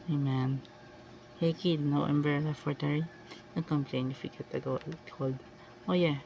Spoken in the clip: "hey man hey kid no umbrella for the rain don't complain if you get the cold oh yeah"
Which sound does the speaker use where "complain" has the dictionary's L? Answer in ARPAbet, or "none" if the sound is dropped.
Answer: L